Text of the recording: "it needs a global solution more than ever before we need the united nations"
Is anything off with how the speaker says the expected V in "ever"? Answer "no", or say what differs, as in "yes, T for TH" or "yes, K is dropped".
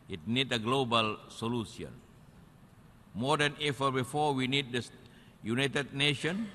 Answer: yes, F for V